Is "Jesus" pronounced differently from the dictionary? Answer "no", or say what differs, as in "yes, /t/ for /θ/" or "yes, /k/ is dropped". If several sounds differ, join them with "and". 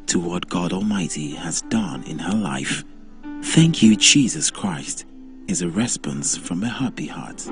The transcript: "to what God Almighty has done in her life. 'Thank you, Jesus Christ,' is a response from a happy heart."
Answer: no